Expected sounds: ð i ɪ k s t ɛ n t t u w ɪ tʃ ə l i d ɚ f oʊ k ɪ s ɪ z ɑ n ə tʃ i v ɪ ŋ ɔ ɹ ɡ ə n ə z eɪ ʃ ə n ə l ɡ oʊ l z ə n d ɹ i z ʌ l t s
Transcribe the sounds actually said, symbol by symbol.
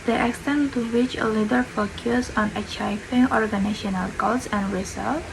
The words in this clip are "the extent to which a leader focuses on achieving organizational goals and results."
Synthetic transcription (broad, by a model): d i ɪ k s t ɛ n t t u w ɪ tʃ ə l i d ɚ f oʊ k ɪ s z ɑ n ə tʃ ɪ f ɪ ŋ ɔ ɹ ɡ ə n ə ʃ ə n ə l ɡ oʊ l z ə n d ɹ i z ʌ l